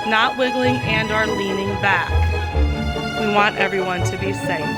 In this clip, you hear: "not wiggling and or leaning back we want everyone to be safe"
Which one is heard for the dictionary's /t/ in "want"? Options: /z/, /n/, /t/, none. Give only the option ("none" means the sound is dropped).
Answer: /t/